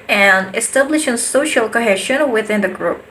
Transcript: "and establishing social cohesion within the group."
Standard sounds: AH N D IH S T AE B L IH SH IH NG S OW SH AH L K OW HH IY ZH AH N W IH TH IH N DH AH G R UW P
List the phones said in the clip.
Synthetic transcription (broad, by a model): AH N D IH S T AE B L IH SH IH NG S OW SH AH L K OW HH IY SH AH N W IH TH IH N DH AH G R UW P